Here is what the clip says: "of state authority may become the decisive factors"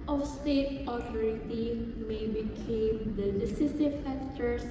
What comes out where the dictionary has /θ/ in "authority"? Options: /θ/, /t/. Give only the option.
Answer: /t/